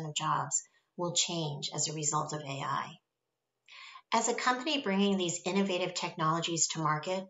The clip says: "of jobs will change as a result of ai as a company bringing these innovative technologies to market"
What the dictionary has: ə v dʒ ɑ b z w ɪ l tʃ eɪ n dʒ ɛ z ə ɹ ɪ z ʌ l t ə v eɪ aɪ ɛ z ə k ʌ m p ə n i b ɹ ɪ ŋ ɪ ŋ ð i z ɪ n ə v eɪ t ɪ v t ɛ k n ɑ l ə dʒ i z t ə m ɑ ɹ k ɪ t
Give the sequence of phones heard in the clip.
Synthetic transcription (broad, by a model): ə v dʒ ɑ b z w ɪ l tʃ eɪ n dʒ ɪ z ə ɹ ɪ z ʌ l t ə v eɪ aɪ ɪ z ə k ʌ m p ə n i b ɹ ɪ ŋ ɪ ŋ ð i z ɪ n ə v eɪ t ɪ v t ɛ k n ɑ l ə dʒ i z t ə m ɑ ɹ k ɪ t